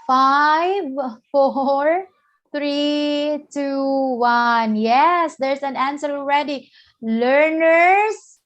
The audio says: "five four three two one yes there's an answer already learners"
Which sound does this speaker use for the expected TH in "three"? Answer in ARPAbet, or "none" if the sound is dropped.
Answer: T